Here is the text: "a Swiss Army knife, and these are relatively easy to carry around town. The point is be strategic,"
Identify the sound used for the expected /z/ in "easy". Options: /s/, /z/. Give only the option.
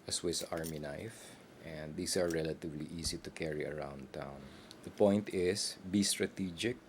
/s/